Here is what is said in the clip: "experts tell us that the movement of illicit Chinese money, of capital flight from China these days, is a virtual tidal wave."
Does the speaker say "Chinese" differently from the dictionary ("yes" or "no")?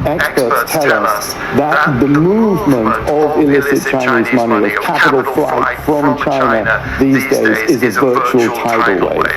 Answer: no